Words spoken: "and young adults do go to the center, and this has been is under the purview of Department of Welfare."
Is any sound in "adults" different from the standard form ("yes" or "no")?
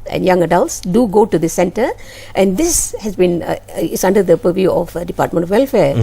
no